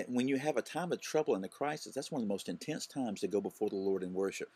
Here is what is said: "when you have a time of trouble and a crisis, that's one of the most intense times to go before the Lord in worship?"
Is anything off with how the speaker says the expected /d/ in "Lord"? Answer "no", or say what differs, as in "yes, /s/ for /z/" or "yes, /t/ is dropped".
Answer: no